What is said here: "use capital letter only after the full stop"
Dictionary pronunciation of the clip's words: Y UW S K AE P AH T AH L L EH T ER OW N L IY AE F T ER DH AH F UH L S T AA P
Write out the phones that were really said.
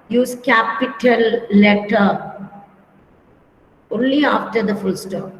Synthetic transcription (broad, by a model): Y UW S K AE P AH T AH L L EH T ER OW N L IY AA F T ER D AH F UH L S T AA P